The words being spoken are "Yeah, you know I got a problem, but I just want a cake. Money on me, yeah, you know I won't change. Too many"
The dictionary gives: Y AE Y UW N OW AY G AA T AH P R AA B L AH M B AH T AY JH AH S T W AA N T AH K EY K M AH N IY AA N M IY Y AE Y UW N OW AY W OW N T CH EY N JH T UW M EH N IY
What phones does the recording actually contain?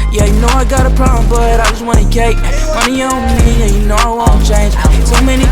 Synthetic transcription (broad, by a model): Y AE Y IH N OW AY G AA T AH P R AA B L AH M B AH T AY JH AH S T W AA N AH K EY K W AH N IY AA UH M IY Y AE Y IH N OW AY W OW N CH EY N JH S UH M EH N IY